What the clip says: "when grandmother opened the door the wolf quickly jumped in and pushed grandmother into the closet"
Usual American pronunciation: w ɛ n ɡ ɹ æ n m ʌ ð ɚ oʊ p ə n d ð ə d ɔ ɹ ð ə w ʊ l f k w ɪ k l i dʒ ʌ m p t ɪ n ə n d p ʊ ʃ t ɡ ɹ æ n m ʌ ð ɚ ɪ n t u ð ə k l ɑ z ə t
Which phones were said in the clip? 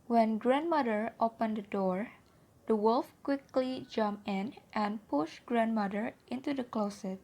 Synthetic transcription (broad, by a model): w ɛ n ɡ ɹ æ n m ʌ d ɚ oʊ p ə n d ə d ɔ ɹ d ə w ʊ l f k w ɪ k l i dʒ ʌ m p ɪ n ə n p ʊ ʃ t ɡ ɹ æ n m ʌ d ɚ ɪ n t u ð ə k l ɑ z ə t